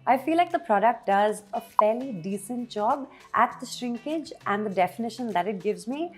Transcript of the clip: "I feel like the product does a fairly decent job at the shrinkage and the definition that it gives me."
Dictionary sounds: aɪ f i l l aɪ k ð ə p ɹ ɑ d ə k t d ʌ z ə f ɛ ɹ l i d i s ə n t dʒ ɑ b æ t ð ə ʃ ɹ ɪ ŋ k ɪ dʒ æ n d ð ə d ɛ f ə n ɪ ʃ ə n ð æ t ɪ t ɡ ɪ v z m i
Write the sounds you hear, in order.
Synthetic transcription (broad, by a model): aɪ f i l l aɪ k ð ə p ɹ ɑ d ə k t d ʌ z ə f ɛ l i d i s ə n t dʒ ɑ b æ t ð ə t ɹ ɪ ŋ k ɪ dʒ æ n d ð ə d ɛ f ə n ɪ ʃ ə n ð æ t ɪ t ɡ ɪ v z m i